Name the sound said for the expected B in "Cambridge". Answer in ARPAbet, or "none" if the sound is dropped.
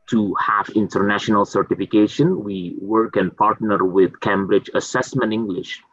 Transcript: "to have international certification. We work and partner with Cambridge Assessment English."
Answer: B